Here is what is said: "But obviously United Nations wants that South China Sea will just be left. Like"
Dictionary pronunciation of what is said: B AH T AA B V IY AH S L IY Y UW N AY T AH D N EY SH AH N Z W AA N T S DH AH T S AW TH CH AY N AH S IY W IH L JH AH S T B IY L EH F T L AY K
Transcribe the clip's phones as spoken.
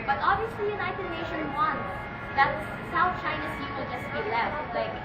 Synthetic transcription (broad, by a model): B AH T AA B V IY AH S L IY Y UW N AY T AH D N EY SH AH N W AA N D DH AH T S AW T CH AY N AH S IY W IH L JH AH S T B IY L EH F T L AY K